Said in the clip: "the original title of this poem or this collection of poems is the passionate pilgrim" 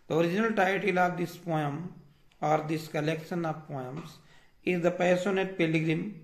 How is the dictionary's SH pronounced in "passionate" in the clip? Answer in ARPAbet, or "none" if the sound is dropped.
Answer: S